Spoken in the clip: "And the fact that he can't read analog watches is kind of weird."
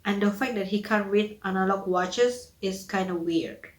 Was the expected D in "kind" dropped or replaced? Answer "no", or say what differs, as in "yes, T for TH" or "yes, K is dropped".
no